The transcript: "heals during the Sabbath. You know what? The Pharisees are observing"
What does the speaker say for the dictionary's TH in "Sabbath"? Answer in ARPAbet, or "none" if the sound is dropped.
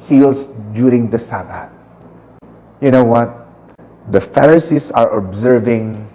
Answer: T